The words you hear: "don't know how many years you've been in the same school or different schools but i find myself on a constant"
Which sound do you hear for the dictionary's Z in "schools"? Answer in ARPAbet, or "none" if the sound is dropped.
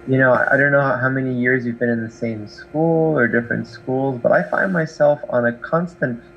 Z